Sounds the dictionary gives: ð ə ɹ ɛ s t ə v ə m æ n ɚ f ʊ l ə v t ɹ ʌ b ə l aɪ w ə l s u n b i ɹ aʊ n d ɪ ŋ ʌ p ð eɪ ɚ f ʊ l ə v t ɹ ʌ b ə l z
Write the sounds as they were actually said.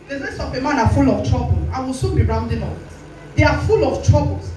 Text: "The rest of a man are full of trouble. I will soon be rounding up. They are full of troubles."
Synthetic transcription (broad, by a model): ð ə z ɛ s ə p ə m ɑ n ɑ f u l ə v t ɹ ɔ b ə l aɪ w ə l s u n b i ɹ aʊ n d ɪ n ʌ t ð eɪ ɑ f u l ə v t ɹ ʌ b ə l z